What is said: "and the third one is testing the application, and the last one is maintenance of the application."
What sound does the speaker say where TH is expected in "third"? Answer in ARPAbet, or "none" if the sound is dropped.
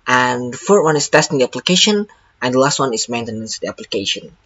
F